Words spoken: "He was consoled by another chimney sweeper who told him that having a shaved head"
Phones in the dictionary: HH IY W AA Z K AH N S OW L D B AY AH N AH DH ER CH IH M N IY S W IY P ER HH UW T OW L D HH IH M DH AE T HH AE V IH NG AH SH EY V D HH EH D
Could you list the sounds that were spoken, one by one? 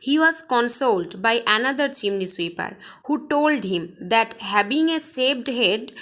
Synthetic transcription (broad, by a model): HH IY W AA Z K AH N S OW L D B AY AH N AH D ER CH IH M N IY S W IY P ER HH UW T OW L D HH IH M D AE T HH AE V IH NG AH S EY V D HH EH D